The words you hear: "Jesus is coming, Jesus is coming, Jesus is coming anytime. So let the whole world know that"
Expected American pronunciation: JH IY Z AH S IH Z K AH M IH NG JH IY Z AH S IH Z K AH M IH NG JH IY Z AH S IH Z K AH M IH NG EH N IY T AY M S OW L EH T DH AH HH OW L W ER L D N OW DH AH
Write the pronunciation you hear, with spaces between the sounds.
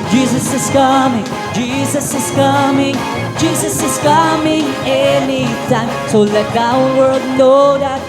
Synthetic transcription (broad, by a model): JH IY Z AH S IH Z K AH M IH NG JH IY Z AH S IH Z K AH M IH NG JH IY Z AH S IH Z K AH M IH NG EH N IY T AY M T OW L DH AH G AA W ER D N OW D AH